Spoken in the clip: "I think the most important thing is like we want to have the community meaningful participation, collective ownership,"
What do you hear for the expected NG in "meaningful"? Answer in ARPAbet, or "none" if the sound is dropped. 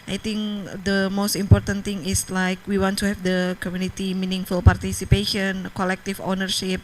NG